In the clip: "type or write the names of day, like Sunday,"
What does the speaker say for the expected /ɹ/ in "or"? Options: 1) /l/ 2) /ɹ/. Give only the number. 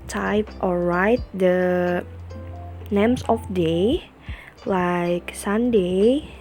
1